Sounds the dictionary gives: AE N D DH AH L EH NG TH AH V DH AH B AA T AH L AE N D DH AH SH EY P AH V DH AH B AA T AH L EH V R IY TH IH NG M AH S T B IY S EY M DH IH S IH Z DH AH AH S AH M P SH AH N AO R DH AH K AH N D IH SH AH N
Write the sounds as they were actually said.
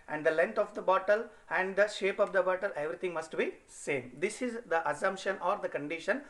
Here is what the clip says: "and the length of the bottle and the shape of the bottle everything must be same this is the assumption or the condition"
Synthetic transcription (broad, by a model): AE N D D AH L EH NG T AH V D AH B AA T AH L AE N D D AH SH EY P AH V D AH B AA T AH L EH V R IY T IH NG M AH S T B IY S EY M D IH S IH Z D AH AH S AH M P SH AH N AO R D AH K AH N D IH SH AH N